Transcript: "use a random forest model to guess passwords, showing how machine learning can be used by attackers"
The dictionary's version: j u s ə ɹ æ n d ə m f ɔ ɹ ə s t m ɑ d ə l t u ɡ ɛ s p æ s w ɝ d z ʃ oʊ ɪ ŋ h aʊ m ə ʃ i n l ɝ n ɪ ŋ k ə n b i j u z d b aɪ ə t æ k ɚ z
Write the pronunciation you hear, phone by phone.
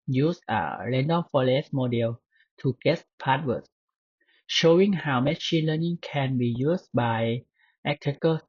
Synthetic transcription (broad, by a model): j u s ə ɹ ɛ n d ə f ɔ l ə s m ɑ d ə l t u ɡ ɛ s p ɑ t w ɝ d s ʃ oʊ ɪ ŋ h aʊ m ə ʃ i n l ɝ n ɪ ŋ k ə n b i j u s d b aɪ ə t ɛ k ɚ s